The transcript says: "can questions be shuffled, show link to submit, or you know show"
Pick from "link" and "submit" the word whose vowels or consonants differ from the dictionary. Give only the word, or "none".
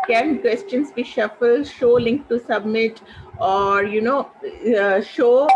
none